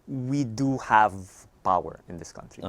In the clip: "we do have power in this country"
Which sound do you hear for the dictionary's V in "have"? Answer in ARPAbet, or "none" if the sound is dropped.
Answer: V